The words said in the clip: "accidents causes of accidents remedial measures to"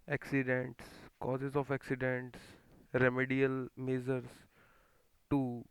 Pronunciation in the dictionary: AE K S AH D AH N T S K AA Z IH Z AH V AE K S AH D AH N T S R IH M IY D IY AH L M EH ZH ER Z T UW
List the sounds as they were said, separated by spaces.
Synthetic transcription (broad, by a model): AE K S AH D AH N T S K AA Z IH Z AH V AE K S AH D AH N T S R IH M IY D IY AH L M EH Z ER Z T UW